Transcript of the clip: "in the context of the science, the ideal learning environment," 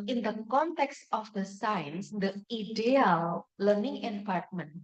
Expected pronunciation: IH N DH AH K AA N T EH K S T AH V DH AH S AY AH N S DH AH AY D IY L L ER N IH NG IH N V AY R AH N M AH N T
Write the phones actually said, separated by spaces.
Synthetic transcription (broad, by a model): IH N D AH K AA N T EH K S T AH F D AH S AY AH N S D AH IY D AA L L ER N IH NG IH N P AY R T M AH N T